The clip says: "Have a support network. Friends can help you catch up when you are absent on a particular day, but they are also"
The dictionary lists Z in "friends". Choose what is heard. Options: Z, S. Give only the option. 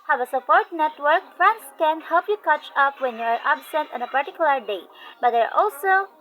S